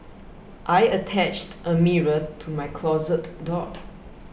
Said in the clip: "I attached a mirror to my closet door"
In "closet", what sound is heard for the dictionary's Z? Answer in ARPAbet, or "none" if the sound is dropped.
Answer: Z